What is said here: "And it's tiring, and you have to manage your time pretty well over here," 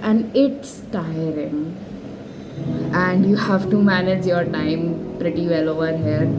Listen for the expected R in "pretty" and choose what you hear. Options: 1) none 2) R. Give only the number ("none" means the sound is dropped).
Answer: 2